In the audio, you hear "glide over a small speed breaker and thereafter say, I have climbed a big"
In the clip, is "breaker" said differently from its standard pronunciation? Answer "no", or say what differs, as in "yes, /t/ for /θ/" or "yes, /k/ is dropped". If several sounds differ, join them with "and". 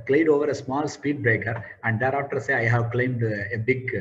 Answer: no